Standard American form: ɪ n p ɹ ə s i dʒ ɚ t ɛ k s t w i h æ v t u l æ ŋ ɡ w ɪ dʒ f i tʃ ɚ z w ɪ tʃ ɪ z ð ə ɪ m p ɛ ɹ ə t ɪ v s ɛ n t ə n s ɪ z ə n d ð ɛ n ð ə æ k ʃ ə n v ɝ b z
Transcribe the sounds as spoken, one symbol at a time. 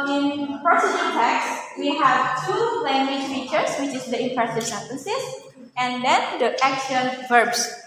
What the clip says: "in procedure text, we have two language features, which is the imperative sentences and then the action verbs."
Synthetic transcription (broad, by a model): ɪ n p ɹ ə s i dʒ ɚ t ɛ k s w i h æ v t u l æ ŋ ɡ w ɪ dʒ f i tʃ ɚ s w ɪ tʃ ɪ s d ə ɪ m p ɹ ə s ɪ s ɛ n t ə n s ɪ s ə n d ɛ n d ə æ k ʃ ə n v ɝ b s